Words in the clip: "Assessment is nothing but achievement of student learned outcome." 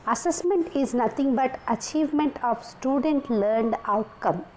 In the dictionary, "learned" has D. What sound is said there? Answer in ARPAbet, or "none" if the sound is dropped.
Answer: D